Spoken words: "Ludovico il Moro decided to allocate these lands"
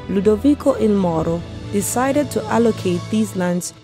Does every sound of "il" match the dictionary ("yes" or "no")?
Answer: no